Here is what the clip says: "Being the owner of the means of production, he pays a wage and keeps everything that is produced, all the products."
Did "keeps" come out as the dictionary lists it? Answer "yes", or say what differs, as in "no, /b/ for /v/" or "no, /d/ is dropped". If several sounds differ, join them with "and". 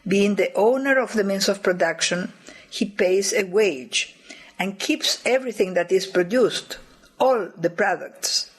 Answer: yes